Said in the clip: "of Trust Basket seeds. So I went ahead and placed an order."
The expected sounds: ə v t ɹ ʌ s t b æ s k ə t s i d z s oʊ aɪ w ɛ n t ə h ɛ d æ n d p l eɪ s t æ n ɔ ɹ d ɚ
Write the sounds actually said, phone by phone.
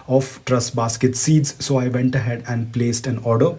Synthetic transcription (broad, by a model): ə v t ɹ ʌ s b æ s k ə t s i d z s oʊ aɪ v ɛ n t ə h ɛ d æ n d p l eɪ s t æ n ɔ ɹ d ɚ